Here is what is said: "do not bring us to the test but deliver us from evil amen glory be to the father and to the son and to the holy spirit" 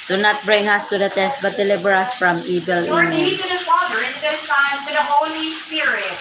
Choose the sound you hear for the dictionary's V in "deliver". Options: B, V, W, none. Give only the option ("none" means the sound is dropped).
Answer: B